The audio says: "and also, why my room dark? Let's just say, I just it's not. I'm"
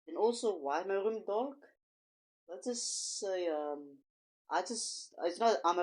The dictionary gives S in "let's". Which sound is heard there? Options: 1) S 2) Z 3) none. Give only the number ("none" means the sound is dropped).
3